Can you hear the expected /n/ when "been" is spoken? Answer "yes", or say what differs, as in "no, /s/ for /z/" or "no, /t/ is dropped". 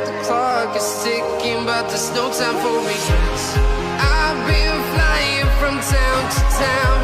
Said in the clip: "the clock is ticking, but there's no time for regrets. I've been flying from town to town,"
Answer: no, /l/ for /n/